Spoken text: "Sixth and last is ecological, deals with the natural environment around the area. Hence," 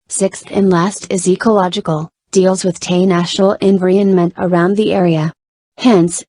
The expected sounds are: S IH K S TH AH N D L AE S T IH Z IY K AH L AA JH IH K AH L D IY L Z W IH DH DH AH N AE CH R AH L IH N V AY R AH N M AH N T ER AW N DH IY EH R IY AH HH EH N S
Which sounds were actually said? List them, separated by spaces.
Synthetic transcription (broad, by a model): S IH K S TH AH N L AE S T IH Z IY K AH L AA JH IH K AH L D IY L Z W IH DH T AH N AE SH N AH L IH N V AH R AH N M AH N T ER AW N DH IY EH R IY AH HH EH N S